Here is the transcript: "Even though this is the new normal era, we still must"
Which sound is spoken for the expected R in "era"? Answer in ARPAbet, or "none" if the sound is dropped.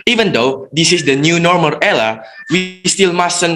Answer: L